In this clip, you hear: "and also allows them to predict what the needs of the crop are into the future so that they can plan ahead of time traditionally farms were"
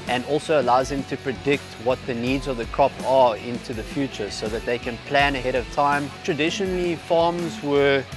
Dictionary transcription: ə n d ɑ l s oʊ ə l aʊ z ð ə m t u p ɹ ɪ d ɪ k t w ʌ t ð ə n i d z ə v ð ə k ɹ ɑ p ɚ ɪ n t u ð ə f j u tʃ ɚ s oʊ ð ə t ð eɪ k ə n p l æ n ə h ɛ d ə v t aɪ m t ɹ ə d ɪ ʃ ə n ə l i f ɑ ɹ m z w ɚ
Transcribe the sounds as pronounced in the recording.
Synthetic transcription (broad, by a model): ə n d ɑ l s oʊ ə l aʊ z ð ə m t u p ɹ ɪ d ɪ k t w ʌ t ð ə n i d z ə v ð ə k ɹ ɑ p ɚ ɪ n t u ð ə f j u tʃ ɚ s oʊ ð ə t ð eɪ k ə n p l æ n ə h ɛ d ə v t aɪ m t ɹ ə d ɪ ʃ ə n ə l i f ɑ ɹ m z w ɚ